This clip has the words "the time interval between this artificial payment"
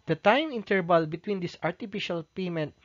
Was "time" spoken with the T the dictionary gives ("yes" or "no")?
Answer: yes